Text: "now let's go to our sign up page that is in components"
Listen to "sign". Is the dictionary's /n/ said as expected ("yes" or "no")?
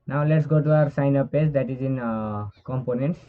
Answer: yes